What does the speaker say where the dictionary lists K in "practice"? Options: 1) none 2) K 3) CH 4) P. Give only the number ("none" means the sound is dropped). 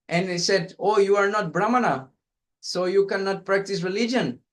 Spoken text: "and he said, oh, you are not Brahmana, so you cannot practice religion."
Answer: 2